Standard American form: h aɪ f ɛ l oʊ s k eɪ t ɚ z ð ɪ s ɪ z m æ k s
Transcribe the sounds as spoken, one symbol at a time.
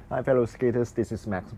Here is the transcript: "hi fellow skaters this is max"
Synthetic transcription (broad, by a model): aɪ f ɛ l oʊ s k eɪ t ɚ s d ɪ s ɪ s m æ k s